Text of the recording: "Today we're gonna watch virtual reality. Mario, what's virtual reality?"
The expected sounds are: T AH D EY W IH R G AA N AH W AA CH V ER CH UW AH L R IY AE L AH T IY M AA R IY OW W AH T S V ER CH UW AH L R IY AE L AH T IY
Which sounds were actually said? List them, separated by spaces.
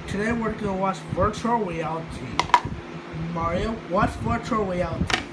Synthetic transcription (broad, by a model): T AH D EY W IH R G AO AH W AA S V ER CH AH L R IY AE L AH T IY M AA R IY OW W AH T S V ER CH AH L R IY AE L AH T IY